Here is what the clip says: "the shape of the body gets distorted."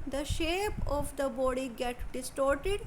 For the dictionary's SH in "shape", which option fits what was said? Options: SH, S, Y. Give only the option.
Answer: SH